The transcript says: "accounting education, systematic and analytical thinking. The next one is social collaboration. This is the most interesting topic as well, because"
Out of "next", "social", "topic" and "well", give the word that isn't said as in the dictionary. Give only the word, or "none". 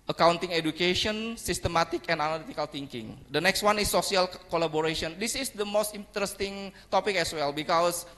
social